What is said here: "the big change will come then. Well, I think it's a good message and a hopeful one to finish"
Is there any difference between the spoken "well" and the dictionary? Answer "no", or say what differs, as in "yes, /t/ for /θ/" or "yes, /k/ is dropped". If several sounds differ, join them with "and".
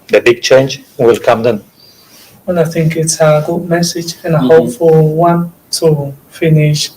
yes, /n/ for /l/